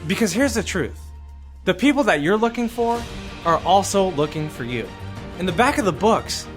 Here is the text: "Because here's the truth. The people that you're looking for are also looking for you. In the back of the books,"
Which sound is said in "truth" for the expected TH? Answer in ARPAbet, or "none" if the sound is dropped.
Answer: TH